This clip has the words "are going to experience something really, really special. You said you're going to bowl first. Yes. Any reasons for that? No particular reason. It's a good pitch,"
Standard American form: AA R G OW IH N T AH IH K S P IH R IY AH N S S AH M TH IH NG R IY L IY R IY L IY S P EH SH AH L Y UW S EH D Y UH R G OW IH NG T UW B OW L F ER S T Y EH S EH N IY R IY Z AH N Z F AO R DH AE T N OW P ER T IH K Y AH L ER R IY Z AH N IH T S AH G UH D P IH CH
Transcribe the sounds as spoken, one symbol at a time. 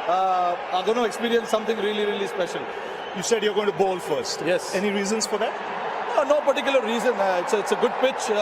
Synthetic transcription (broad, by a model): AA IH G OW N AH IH K S P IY R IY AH N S S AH M T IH NG R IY L IY R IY L IY S P EH SH AH L Y UW S EH D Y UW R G OW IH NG T UW B OW L F ER S T Y EH S EH N IY R IY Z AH N S F AO R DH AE T N OW P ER T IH K Y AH L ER R IY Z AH N IH T S AH G UH D P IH CH